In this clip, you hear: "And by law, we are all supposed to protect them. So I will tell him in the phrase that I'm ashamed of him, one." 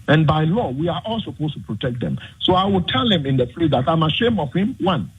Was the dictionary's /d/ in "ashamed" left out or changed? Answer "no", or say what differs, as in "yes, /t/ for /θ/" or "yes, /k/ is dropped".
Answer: yes, /d/ is dropped